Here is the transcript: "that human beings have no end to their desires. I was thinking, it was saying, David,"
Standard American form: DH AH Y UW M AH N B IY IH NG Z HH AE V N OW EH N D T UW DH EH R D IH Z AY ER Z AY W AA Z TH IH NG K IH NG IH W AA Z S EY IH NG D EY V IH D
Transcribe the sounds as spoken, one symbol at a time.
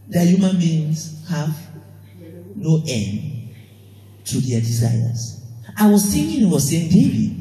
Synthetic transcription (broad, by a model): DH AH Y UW M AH N B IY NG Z HH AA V N OW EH N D T UW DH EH D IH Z AY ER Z AY W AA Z S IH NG IH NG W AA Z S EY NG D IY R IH